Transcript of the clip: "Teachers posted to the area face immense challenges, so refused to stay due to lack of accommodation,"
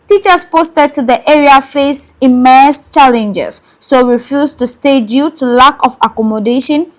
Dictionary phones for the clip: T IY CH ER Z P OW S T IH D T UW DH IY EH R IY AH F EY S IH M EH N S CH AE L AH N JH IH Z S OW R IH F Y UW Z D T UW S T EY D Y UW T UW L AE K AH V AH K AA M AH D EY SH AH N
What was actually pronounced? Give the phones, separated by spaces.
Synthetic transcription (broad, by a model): T IY CH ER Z P OW S T IH D T UW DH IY EH R IY AH F EY S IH M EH S CH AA L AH N JH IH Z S OW R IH F Y UW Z T UW S T EY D Y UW T UW L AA K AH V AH K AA M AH D EY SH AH N